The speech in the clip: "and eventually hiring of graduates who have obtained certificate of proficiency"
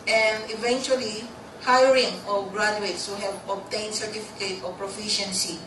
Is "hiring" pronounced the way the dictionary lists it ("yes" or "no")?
yes